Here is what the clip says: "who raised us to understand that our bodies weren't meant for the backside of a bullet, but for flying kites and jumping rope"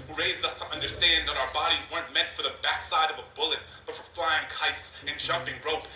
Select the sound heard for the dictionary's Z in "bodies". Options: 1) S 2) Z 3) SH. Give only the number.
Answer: 2